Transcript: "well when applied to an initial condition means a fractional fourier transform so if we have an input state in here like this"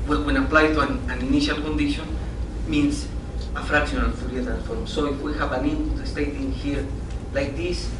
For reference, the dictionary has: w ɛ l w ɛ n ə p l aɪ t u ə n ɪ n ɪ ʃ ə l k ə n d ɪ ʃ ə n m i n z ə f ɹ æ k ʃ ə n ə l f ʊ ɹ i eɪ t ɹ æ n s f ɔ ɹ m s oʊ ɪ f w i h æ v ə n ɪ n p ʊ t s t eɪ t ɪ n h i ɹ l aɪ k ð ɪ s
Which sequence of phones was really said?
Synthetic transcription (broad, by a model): w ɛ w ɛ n ə p l aɪ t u ə n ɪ n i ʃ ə l k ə n d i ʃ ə n m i n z ə f ɹ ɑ k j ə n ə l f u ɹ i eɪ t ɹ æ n f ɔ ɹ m s oʊ ɪ f w i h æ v ə n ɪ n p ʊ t s t eɪ t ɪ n h i ɹ l aɪ k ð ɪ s